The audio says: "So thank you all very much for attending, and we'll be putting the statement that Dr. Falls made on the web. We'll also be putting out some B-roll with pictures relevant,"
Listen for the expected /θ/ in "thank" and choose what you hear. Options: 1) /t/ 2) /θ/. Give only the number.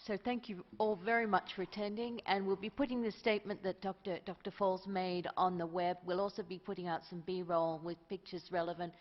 2